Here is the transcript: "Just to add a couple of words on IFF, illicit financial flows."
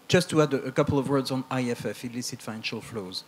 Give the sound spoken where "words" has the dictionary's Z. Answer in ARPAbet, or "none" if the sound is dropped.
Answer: Z